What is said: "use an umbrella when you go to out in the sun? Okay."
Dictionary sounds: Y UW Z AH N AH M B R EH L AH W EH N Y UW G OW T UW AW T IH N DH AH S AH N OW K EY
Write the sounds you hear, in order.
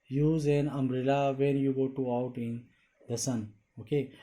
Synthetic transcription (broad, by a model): Y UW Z AH N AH M R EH L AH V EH N Y UW G OW T UW AW T IH N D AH S AH N OW K EY